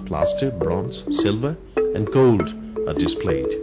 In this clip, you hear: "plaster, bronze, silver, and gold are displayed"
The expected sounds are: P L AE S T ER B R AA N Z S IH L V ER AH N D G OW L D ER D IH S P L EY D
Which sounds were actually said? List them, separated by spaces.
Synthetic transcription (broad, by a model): P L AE S T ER B R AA N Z S IH L V ER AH N G OW L D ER D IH S P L EY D